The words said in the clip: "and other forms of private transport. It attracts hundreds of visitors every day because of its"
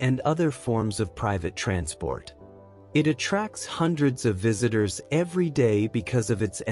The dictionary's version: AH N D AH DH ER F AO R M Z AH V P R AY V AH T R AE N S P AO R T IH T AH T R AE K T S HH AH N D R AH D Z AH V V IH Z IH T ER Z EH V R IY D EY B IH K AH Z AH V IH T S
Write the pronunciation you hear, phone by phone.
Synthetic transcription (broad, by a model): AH N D AH DH ER F AO R M Z AH V P R AY V AH T R AE N S P AO R T IH T AH T R AE K T S HH AH N D R AH D Z AH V V IH Z IH T ER Z EH V R IY D EY B IH K AH Z AH V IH T S